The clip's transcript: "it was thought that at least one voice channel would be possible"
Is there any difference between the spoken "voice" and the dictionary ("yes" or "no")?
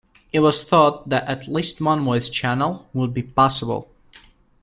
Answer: yes